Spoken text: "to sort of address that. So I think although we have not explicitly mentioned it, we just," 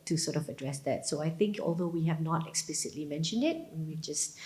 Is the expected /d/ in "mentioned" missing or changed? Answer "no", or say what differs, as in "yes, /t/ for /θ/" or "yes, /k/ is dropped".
no